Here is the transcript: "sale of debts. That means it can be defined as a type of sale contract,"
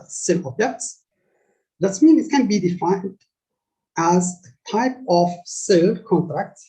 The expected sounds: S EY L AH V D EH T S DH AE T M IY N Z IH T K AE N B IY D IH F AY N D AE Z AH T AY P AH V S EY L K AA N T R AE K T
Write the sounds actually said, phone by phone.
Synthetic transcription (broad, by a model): S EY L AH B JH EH T S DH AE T M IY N IH T K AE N B IY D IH F AY N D AE Z AH T AY P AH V S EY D K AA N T R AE K T